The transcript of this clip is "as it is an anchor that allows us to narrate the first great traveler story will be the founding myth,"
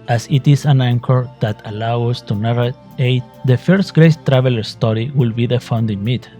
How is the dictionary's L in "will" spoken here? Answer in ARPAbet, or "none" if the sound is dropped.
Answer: L